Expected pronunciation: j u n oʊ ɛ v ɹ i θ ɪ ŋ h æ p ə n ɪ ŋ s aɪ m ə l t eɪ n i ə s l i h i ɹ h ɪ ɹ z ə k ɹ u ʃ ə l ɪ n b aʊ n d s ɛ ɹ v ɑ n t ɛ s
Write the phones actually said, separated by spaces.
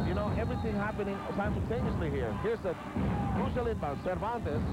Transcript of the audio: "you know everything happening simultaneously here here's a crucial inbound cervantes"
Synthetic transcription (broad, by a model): j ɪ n oʊ ɛ v ɹ i θ ɪ ŋ h æ p ə n ɪ ŋ s aɪ m ə l t eɪ n i ə s l i h i ɹ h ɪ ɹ s ə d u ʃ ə l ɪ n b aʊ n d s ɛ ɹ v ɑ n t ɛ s